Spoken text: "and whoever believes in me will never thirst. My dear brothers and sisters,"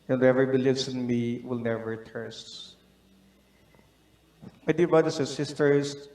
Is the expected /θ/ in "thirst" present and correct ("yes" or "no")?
no